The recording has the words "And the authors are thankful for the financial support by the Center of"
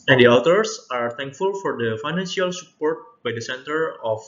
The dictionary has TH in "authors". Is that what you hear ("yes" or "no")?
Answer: no